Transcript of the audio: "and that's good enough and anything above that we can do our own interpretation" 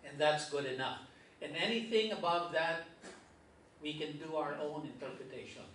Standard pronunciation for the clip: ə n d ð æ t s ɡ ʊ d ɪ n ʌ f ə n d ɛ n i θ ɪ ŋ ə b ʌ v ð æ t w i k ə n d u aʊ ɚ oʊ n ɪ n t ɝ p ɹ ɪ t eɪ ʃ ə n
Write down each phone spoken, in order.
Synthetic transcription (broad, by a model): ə n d ð æ t s ɡ ʊ d ɪ n ʌ f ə n ɛ n i θ ɪ ŋ ə b ʌ v ð æ t w i k ə n d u aʊ ɚ oʊ n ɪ n t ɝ p ɹ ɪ t eɪ ʃ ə n